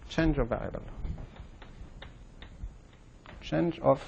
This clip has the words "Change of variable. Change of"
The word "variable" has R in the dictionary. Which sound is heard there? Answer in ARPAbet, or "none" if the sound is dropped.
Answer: none